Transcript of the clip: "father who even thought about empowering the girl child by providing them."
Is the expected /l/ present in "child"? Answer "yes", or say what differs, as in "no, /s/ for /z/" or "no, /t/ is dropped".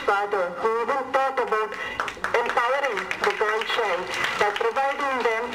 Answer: no, /n/ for /l/